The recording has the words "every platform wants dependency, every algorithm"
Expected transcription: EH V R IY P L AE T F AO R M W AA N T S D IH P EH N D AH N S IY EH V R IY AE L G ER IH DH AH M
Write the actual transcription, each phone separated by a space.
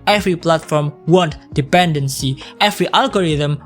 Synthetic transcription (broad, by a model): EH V R IY P L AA T F AO R M W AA N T D IH P EH N D AH N S IY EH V R IY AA L G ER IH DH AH M